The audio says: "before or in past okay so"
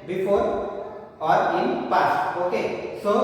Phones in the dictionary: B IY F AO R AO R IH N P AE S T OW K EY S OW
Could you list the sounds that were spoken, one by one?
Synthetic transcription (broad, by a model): B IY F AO R AO R IH N P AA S OW K EY S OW